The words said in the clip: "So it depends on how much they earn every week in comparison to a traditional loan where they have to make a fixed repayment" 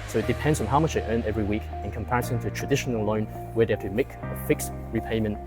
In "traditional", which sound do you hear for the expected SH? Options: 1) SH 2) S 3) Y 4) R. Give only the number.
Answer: 1